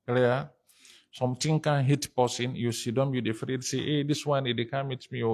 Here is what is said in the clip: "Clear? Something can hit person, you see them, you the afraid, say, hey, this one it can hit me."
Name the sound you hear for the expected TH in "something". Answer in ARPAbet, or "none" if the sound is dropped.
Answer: T